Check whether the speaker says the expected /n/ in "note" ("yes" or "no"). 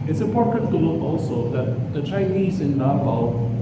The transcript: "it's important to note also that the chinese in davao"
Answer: no